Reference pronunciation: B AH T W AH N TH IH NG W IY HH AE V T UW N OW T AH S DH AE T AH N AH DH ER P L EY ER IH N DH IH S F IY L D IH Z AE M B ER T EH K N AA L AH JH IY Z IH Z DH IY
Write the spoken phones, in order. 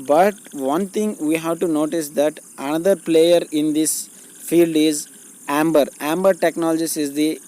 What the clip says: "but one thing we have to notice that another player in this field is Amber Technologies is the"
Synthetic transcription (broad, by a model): B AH T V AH N T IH NG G IY HH AE V T UW N OW T AH S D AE T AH N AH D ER P L EY ER IH N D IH S F IY L D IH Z AE M B ER T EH K N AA L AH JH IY S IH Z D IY